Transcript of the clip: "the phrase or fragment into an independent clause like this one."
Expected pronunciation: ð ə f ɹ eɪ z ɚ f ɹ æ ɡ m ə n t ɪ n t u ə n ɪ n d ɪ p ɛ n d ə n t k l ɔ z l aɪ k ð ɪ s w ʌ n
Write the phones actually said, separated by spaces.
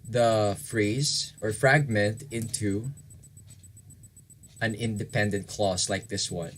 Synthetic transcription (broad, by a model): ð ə f ɹ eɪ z ɚ f ɹ æ ɡ m ə n t ɪ n t u ə n ɪ n d ɪ p ɛ n d ə n t k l ɔ s l aɪ k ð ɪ s w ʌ n